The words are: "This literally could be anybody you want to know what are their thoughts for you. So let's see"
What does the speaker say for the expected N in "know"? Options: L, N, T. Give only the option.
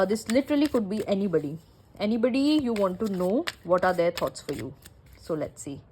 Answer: N